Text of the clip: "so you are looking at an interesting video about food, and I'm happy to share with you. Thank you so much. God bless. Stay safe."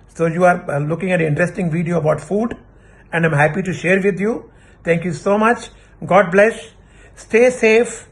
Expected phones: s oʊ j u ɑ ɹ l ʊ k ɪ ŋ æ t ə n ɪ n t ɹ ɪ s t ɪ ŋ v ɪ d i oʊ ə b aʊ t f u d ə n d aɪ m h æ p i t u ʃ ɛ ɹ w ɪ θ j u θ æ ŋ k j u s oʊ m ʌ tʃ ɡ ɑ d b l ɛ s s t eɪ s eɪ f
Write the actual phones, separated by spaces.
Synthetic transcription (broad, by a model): s oʊ j u ɑ ɹ l ʊ k ɪ ŋ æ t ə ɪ n t ɹ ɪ s t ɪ ŋ v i d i oʊ ə b aʊ t f u d ə n d aɪ m h æ p i t u ʃ ɛ ɹ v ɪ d j u t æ ŋ k j u s oʊ m ʌ tʃ ɡ ɑ d b l ɛ s s t eɪ s eɪ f